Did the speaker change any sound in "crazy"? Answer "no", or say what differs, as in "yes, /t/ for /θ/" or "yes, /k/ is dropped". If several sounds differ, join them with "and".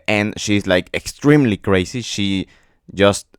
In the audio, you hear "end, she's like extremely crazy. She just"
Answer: yes, /s/ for /z/